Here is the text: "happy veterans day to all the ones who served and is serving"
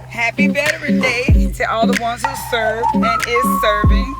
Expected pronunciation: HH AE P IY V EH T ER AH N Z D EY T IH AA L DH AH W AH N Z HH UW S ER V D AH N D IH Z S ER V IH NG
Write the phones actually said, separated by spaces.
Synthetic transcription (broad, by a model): HH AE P IY B EH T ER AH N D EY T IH AA L DH AH W AH N Z HH UW S ER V AH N IH Z S ER V IH NG